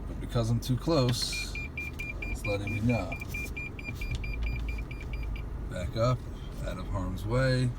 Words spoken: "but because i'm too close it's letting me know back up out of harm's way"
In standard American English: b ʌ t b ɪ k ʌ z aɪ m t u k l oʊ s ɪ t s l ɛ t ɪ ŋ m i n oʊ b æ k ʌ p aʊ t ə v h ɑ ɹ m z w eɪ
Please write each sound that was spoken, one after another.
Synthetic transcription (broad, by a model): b ʌ t b ɪ k ʌ z aɪ m t u k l oʊ ɪ s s l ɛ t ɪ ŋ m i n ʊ b æ k ʌ p aʊ t ə v h ɑ ɹ m z w eɪ